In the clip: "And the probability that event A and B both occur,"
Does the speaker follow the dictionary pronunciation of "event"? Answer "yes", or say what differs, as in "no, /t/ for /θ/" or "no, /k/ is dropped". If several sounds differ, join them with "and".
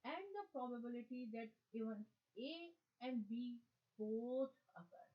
no, /t/ is dropped